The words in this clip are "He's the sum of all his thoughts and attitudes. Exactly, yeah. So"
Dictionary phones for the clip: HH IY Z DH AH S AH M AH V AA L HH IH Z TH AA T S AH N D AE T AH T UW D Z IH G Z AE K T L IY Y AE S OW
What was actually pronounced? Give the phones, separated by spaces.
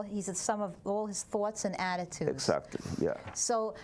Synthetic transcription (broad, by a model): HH IY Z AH S AH M AH V AA L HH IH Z TH AA T S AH N AE T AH T UW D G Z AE K T L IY Y AE S OW